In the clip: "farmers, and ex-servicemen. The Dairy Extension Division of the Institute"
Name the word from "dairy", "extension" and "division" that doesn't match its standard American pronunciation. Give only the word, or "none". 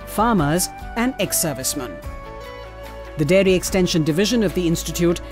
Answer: none